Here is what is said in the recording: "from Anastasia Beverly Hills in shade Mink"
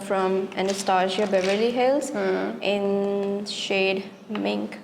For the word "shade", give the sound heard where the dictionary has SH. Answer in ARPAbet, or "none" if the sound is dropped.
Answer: SH